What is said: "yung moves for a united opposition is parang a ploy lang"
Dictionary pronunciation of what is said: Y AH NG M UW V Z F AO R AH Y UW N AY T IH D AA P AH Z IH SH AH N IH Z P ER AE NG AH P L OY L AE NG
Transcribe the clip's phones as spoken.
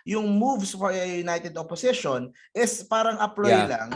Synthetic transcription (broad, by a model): Y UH NG M UW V S F AO R AH Y UW N AY T IH D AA P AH S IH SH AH N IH S P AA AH NG AH P L OY L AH NG